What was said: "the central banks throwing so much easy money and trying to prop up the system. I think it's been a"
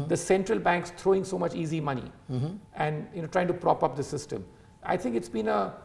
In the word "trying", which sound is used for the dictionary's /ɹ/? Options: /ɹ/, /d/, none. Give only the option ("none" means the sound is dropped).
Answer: /ɹ/